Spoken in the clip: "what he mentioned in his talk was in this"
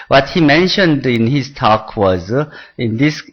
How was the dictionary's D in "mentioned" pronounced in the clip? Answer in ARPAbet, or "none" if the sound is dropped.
D